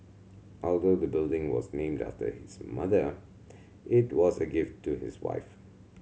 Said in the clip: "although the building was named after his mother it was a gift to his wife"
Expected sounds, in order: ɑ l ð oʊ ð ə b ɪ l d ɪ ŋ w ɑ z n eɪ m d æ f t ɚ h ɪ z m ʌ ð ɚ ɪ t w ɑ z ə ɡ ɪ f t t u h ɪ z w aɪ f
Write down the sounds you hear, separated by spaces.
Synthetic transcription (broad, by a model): ɑ l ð oʊ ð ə b ɪ l d ɪ ŋ w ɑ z n eɪ m d æ f t ɚ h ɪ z m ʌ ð ɚ ɪ t w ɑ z ə ɡ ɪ f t t u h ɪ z w aɪ f